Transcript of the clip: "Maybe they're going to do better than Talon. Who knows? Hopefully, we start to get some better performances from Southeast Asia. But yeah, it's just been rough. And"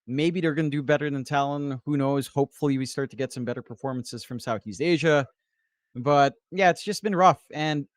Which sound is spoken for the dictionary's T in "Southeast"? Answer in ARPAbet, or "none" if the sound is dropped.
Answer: T